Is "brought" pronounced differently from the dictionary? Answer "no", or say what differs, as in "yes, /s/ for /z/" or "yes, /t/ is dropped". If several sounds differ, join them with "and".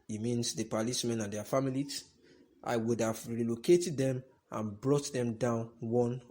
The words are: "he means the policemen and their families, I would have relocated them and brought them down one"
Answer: no